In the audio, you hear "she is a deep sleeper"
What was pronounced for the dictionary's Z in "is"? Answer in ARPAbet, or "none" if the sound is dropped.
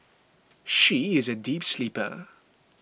Z